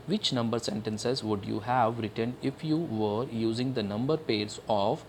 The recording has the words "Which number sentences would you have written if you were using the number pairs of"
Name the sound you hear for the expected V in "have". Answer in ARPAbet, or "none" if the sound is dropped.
V